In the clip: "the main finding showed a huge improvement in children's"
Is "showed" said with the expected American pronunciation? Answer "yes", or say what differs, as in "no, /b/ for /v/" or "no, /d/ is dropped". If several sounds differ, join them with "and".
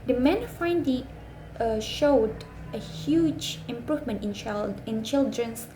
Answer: yes